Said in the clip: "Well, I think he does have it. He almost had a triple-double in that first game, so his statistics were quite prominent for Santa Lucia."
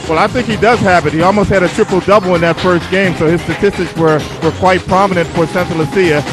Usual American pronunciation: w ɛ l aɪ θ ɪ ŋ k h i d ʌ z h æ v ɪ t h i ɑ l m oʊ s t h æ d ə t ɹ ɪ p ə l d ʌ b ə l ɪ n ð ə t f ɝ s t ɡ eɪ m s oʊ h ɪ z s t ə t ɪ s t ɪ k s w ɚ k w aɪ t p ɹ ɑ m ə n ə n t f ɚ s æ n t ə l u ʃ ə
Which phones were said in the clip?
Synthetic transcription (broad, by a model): w ɛ l aɪ θ ɪ ŋ k h i d ʌ z h æ p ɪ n h i ɑ l m oʊ s t h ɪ d ə t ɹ ɪ p l d ʌ b l ɪ n ð ə t f ɝ s t ɡ eɪ m s oʊ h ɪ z s t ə t ɪ s t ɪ k s w ɚ k w aɪ t p ɹ ɑ m ə n ə n t f ɚ s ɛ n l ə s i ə